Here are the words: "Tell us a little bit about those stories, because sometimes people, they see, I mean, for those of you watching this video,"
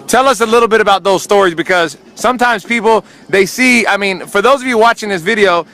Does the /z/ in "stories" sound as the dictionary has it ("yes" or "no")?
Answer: yes